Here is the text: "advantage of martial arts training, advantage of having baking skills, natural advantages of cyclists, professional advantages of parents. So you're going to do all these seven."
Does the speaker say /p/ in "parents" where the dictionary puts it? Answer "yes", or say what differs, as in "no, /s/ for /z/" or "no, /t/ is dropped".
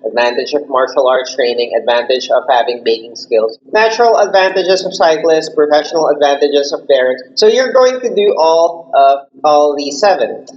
no, /b/ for /p/